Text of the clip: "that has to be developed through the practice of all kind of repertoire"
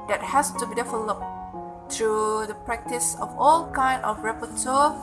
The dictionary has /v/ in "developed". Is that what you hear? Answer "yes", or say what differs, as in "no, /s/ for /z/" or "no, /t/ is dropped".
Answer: no, /f/ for /v/